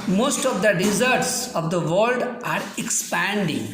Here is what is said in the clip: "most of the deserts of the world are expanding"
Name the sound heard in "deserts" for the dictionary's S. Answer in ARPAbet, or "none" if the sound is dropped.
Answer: S